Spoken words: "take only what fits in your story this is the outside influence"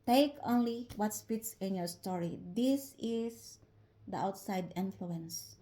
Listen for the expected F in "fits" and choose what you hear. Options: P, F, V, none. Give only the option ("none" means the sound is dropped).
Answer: P